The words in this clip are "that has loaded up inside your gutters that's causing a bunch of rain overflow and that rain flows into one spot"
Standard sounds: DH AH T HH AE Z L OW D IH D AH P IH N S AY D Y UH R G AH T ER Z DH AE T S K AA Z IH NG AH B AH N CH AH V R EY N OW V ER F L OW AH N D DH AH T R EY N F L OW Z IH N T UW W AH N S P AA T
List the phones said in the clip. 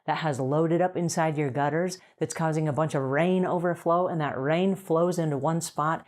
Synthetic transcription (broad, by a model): DH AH T HH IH Z L OW D IH D AH P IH N S AY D Y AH R G AH T ER Z DH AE T S K AA Z IH NG AH B AH N CH AH V R EY N OW V ER F L OW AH N DH AH T R EY N F L OW Z IH N T UW W AH N S P AA T